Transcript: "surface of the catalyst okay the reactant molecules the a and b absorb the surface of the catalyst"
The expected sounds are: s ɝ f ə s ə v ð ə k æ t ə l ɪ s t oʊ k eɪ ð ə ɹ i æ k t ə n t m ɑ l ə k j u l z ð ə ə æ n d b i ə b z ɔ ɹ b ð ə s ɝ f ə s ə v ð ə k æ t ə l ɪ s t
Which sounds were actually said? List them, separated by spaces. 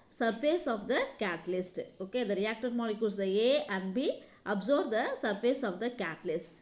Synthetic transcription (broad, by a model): s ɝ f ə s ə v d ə k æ t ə l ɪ s t oʊ k eɪ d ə ɹ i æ k t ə t m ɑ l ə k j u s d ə ə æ n d b i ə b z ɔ ɹ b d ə s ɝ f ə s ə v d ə k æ t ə l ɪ s t